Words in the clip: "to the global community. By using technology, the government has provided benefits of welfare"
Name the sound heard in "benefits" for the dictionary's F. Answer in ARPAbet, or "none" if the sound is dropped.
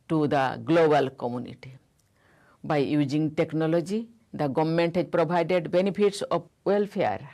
P